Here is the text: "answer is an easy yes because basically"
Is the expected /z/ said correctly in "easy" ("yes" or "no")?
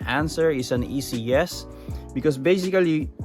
no